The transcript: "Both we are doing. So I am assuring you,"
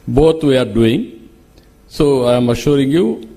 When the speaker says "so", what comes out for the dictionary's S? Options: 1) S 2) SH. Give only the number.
1